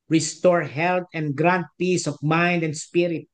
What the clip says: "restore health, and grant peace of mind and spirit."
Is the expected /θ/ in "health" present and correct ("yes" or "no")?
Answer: no